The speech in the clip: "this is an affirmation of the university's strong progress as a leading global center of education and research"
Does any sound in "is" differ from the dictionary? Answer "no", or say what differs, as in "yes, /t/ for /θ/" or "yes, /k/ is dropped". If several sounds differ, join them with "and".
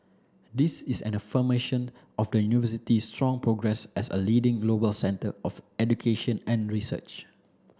yes, /s/ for /z/